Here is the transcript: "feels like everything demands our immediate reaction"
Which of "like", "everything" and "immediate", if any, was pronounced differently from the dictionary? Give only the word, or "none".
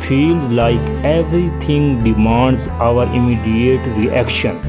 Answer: everything